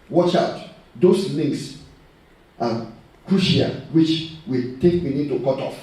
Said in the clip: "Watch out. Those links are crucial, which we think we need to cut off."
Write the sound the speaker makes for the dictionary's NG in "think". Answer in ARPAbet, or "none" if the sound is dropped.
none